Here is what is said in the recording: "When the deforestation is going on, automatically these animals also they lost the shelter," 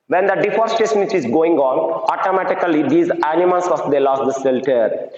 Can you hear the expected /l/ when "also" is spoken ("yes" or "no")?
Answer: no